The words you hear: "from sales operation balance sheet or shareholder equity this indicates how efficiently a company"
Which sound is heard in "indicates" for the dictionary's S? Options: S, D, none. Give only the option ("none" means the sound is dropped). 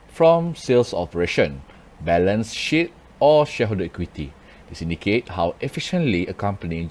none